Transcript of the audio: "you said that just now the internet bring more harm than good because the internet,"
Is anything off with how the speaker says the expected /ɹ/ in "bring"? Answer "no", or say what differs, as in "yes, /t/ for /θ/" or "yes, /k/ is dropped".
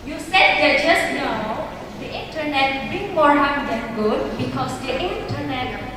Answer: yes, /ɹ/ is dropped